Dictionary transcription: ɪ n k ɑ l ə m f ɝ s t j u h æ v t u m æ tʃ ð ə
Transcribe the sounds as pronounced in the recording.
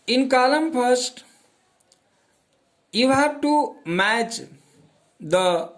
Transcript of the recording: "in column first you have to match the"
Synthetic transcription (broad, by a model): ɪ n k ɑ l ə m p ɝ s t j u h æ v t u m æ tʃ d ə